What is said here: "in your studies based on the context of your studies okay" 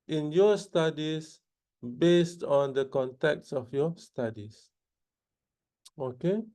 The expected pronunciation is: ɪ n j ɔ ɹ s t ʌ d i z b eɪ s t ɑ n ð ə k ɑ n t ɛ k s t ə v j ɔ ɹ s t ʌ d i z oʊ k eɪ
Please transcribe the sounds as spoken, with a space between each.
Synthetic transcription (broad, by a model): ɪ n j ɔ s t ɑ d i s b eɪ s t ɑ n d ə k ɑ n t ɛ k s ə f j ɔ s t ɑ d i s oʊ k eɪ